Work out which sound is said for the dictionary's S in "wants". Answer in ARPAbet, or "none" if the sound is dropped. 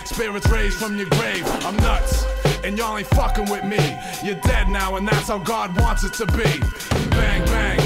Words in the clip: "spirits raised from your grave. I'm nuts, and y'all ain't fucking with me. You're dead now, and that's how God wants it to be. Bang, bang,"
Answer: S